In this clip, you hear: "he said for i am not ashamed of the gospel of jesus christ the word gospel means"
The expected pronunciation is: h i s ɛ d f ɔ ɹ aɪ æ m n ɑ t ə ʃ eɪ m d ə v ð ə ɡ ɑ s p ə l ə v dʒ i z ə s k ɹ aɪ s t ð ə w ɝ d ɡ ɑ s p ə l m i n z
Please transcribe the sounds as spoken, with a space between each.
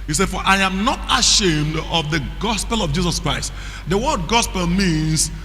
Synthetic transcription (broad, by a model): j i s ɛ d f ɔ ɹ aɪ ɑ m n ɑ t ə ʃ eɪ m d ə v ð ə ɡ ɑ s p ə l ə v dʒ i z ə s k ɹ aɪ s t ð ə w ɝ d ɡ ɑ s p ə l m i n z